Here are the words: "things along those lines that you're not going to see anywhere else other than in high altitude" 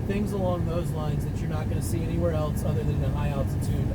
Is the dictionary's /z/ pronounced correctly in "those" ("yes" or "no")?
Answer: yes